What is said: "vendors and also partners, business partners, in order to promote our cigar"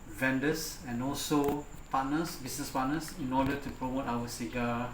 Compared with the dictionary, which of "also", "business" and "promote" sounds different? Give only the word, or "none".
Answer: business